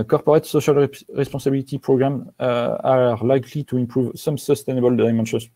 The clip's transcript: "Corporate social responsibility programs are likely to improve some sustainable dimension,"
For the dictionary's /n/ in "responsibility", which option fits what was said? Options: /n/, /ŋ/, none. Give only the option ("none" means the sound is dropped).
none